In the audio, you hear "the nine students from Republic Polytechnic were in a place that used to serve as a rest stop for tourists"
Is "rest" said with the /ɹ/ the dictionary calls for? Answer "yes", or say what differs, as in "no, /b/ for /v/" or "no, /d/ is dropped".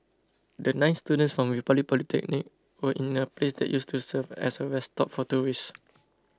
no, /w/ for /ɹ/